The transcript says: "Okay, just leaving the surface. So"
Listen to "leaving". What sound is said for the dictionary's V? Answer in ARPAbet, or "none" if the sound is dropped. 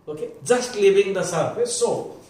B